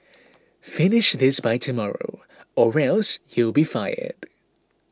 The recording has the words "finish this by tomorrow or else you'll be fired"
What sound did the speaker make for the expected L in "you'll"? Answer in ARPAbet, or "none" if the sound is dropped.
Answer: L